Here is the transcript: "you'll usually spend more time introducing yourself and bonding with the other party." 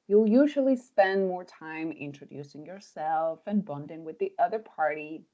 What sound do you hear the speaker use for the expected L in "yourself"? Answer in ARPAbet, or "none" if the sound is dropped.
L